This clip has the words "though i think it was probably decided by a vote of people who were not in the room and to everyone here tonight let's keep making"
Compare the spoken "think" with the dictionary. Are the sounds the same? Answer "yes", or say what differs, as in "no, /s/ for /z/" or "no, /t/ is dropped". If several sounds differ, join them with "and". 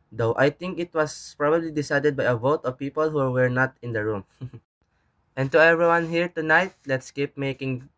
no, /t/ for /θ/